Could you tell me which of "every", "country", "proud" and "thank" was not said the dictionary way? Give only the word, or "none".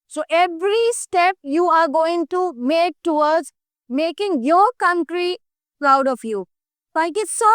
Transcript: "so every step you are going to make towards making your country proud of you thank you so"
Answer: thank